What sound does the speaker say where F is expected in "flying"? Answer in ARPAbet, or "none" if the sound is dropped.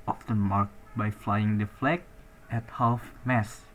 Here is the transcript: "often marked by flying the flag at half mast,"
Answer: F